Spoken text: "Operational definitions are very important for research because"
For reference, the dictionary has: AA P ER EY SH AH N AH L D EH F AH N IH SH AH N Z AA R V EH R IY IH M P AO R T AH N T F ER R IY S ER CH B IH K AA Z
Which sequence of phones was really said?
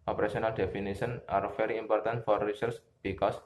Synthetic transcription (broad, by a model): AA P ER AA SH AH N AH L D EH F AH N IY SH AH N AA R F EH R IY IH M P AO R T AH N T F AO R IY S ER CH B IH K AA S